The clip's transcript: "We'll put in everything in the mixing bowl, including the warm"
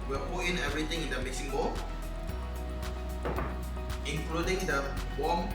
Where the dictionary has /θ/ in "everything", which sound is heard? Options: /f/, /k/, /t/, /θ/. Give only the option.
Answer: /t/